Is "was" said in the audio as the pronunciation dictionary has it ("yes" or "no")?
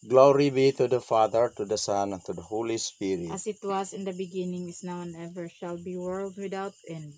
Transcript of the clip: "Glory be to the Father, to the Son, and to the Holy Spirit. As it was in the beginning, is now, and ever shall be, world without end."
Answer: no